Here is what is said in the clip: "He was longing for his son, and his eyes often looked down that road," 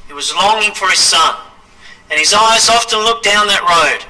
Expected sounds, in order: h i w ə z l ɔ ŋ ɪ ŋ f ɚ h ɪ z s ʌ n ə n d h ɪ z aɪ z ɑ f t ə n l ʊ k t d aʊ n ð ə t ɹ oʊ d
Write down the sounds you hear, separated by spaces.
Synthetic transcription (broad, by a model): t w ə z l ɔ ŋ ɪ ŋ f ɚ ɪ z s ʌ n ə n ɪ z aɪ z ɑ f t ə n l ʊ k d aʊ n ð ə t ɹ oʊ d